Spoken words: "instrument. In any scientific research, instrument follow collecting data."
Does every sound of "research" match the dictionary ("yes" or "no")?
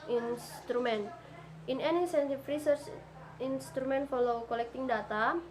yes